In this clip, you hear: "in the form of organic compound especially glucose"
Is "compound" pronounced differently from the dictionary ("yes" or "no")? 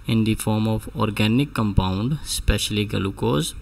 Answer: no